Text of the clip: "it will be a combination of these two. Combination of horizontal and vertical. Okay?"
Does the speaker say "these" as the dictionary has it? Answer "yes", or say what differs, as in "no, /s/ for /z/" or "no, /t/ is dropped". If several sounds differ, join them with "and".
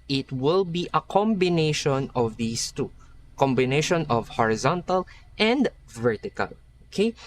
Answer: no, /s/ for /z/